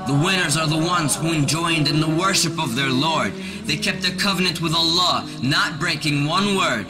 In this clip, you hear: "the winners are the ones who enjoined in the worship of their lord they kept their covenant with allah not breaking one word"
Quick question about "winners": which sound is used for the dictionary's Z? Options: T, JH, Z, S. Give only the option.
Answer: Z